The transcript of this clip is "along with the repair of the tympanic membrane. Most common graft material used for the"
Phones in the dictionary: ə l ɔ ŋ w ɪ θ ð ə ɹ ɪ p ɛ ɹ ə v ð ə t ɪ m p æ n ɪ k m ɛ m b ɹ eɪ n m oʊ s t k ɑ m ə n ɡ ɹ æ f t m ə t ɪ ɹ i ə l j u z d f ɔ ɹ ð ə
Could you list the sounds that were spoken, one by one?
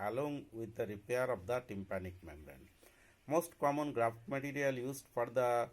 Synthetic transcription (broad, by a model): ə l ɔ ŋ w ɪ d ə ɹ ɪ p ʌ ɹ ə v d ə t ɪ m p æ n ɪ k m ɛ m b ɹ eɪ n m oʊ s t k ɑ m ə n ɡ ɹ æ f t m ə t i ɹ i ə l j u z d f ɔ ɹ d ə